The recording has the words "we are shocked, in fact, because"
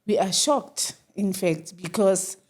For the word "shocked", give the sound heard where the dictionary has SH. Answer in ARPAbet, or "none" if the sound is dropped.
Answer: SH